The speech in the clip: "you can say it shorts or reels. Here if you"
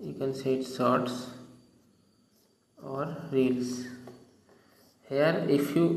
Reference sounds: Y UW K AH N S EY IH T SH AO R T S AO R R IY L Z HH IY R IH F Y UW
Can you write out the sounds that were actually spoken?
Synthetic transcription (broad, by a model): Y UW K AH N S EY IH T S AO R T S AO R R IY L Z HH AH R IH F Y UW